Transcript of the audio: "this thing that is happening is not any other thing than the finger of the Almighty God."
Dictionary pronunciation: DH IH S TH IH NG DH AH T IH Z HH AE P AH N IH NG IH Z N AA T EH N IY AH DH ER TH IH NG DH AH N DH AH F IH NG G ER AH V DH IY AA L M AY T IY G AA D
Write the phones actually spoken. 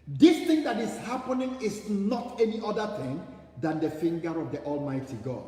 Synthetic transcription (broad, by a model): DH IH S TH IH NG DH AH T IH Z HH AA P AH N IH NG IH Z N AA T EH N IY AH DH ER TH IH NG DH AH N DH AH F IH NG G ER AH V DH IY AA L M AY T IY G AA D